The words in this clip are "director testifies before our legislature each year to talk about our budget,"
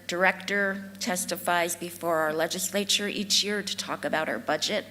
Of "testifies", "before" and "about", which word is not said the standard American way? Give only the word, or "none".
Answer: none